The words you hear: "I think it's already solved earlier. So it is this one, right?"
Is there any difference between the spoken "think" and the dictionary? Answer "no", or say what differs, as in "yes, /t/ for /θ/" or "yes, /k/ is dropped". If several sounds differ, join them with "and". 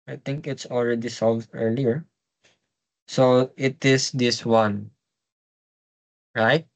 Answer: yes, /t/ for /θ/